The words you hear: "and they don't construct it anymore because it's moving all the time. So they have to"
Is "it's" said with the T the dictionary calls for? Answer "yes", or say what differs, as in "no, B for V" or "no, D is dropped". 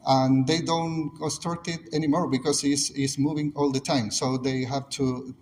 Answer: no, S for T